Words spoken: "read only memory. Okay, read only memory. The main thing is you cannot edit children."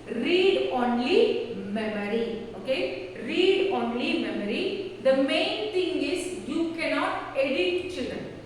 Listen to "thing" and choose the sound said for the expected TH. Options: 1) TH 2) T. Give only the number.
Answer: 2